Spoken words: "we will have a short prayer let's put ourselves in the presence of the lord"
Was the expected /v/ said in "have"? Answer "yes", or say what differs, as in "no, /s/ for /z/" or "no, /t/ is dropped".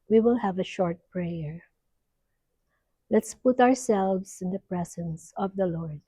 yes